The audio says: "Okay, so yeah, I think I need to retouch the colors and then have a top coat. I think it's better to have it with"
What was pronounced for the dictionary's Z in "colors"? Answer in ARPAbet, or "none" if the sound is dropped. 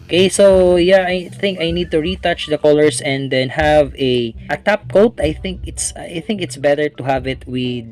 S